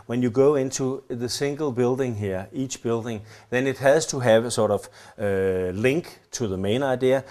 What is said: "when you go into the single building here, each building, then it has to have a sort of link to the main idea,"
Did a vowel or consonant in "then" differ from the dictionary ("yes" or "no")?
no